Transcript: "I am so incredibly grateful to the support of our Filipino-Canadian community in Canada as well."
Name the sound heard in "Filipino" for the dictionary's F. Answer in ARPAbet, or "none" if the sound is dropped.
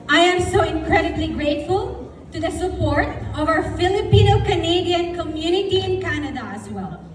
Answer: F